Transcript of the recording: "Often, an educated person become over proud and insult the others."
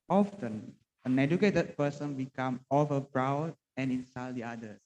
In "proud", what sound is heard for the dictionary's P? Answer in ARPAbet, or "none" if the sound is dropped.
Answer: B